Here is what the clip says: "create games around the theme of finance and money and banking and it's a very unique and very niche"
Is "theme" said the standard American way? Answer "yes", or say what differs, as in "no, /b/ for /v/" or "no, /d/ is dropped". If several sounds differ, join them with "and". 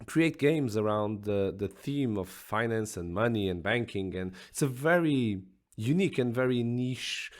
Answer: yes